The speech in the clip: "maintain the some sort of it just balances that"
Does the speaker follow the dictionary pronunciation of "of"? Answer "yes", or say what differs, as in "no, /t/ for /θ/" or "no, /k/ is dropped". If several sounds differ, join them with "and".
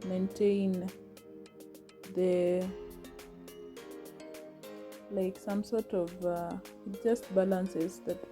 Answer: yes